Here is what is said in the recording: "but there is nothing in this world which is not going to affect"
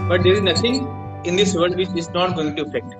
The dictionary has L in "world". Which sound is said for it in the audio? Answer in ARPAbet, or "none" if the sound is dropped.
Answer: none